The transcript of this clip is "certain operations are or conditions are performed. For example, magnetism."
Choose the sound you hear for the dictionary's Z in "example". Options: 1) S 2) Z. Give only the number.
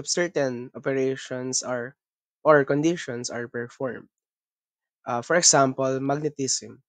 1